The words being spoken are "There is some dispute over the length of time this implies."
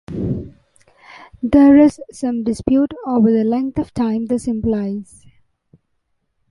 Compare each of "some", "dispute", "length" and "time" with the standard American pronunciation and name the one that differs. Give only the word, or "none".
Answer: length